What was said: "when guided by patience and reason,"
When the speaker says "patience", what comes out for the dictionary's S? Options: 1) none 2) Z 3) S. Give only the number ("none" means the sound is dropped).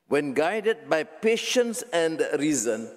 3